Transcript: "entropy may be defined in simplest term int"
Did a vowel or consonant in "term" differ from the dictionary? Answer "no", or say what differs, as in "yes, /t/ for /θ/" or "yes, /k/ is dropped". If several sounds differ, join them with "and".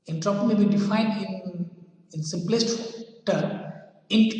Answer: yes, /m/ is dropped